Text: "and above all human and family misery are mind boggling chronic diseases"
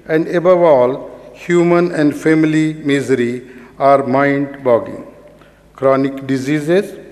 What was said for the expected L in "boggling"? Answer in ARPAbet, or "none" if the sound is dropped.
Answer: none